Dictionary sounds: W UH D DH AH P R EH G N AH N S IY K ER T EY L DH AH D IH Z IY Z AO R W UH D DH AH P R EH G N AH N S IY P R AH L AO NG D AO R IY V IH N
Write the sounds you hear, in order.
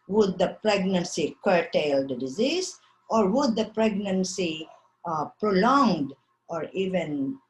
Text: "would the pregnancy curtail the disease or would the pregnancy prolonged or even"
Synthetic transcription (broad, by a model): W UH D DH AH P R EH G N AH N S IY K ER T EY L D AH D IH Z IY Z AO R W UH D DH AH P R EH G N AH N S IY P R AH L AO NG D AO R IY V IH N